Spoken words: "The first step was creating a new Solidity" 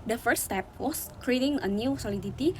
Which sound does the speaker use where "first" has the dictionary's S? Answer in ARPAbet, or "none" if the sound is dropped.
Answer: none